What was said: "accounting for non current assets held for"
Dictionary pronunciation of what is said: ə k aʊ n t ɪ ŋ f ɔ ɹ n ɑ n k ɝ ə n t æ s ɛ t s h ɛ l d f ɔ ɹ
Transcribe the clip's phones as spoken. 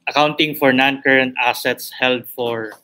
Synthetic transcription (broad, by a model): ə k aʊ n t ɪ ŋ f ɔ ɹ n ɑ n k ɝ ə n t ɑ s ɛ t s h ɛ l d f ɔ ɹ